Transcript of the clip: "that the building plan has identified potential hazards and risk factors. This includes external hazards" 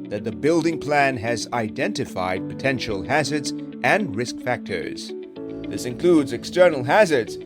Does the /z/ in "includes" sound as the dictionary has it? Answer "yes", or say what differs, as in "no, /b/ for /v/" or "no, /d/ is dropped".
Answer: yes